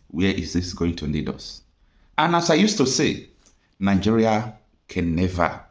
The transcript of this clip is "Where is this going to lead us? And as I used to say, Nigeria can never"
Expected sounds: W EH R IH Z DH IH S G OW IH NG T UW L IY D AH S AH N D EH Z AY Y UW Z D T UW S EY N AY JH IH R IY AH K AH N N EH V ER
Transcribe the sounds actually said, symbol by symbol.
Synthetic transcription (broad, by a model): W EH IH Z DH IH S G OW IH NG T UW N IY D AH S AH N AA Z AY Y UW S T UW S EY N AY JH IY R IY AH K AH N N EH V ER